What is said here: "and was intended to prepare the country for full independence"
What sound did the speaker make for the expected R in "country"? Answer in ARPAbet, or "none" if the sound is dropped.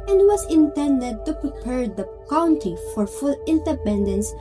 none